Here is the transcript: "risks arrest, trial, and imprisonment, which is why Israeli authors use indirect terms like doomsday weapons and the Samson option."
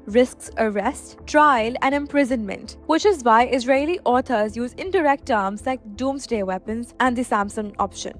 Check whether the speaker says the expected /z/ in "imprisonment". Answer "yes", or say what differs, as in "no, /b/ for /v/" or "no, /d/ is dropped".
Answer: yes